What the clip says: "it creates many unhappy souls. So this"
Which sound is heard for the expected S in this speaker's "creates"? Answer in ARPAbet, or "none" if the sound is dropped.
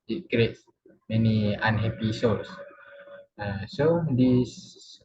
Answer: S